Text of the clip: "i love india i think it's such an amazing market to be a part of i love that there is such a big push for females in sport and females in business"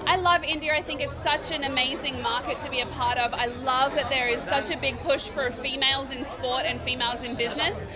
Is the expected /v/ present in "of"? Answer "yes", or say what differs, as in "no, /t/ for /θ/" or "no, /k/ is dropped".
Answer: yes